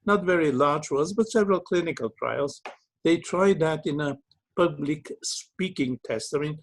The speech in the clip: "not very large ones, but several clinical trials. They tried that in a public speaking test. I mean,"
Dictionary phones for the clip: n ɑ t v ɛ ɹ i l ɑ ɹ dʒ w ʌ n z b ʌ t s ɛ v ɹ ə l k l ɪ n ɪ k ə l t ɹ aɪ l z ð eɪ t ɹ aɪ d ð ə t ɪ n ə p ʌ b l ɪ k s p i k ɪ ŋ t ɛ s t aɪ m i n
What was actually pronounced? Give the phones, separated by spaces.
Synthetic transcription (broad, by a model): n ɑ t v ɛ ɹ i l ɑ ɹ dʒ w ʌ z b ʌ t s ɛ v ɹ ə l k l ɪ n ɪ k ə l t ɹ aɪ l z ð eɪ t ɹ aɪ d ð ə t ɪ n ə p ʌ b l ɪ k s p i k ɪ ŋ t ɛ s t aɪ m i n